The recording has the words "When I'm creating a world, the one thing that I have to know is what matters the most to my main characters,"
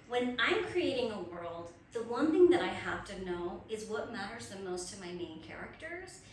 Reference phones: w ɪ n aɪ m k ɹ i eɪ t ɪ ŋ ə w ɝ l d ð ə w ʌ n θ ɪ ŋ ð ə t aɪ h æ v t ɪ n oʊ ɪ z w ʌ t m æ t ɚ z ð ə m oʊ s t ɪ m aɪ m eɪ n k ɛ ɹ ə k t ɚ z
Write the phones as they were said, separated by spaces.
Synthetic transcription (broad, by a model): w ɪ n aɪ m k ɹ i eɪ t ɪ ŋ ə w ɝ l d ð ə w ʌ n θ ɪ ŋ ð ə t aɪ h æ f t ɪ n oʊ ɪ z w ʌ t m æ t ɚ z ð ə m oʊ s t ɪ m aɪ m eɪ n k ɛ ɹ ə k t ɚ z